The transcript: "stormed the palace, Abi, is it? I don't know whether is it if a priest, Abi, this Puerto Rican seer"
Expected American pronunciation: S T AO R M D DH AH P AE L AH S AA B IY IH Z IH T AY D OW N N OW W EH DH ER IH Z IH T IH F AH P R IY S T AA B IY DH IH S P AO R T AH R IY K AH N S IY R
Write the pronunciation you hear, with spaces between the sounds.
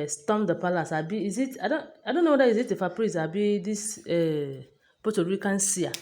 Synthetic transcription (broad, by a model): S T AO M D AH P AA L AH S AA B IY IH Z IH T AY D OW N N OW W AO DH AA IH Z IH T IH F AH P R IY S AA B IY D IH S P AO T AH R IY K AH N S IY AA